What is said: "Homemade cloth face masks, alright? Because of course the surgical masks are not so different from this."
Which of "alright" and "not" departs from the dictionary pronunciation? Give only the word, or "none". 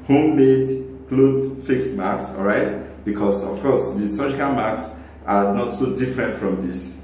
none